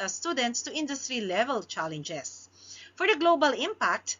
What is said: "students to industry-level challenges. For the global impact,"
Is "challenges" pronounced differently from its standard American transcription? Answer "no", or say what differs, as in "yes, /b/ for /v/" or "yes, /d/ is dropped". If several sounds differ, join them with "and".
yes, /s/ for /z/